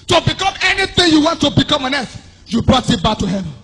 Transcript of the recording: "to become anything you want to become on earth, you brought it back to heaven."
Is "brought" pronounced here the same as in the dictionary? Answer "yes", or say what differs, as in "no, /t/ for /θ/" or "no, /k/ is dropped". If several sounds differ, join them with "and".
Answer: yes